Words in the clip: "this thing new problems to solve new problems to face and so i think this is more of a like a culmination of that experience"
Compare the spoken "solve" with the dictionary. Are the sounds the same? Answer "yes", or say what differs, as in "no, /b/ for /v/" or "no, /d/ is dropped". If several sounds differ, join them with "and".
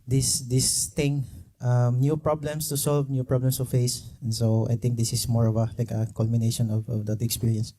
yes